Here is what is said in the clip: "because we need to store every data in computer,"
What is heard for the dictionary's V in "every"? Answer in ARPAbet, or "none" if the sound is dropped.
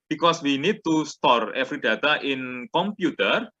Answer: F